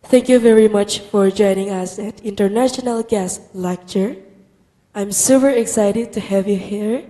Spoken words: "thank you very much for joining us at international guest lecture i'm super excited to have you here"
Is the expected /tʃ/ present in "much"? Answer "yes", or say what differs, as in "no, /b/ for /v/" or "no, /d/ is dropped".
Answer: yes